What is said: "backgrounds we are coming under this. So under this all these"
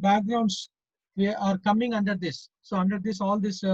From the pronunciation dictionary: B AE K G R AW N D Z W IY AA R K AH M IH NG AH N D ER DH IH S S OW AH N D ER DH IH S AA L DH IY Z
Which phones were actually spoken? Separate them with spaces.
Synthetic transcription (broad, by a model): B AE K G R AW N D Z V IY AA R K AH M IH NG AH N D ER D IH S S OW AH N D ER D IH S AA L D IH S